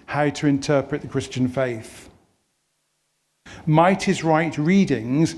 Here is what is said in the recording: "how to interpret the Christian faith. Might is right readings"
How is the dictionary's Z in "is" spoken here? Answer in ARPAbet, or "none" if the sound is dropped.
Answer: Z